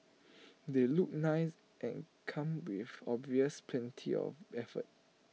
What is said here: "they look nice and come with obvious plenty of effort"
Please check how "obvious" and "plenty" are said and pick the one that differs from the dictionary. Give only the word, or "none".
none